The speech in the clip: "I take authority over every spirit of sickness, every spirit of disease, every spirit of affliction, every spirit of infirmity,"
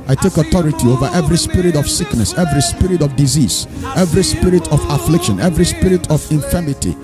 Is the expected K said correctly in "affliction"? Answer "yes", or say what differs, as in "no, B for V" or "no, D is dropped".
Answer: yes